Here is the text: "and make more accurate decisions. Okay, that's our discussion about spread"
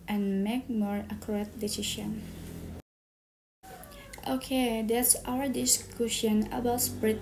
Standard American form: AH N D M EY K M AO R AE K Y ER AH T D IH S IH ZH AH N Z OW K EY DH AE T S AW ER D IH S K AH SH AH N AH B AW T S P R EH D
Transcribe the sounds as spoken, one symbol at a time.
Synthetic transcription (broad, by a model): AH N M EY K M AO R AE K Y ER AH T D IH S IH SH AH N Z OW K EY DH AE T S AW ER D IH S K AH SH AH N AH B AW T S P R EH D